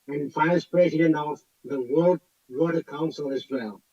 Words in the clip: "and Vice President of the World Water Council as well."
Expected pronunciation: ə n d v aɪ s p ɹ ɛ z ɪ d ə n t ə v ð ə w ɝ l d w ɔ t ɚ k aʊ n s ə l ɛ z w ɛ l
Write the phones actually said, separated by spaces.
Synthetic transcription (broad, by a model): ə n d f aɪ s p ɹ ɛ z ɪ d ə n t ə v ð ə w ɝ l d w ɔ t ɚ k aʊ n s ə l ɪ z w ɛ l